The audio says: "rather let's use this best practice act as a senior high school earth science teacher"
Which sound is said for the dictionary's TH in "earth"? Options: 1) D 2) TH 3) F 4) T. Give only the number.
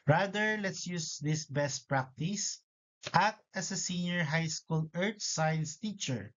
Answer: 4